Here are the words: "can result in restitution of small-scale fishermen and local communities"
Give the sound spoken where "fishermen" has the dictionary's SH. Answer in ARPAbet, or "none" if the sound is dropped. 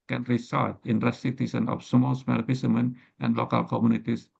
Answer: S